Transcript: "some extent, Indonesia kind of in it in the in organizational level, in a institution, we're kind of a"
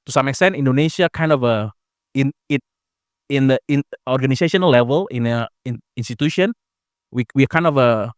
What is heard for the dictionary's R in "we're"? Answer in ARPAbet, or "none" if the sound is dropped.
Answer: W